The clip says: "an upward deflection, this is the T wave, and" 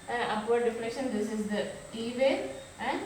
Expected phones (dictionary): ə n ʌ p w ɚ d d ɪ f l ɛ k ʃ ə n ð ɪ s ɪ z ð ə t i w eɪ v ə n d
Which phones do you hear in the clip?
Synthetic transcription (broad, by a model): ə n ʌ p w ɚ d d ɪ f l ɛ k ʃ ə n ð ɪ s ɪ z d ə t i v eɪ ə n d